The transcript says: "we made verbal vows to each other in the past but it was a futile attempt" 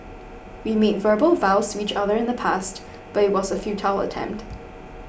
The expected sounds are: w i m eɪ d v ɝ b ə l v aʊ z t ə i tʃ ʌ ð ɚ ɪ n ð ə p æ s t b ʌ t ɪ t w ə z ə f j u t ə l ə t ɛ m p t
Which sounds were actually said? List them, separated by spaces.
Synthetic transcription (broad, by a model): w i m eɪ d v ɝ b ə l v aʊ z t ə i tʃ ʌ ð ɚ ɪ n ð ə p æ s t b ʌ t ɪ t w ə z ə f j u t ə l ə t ɛ m p t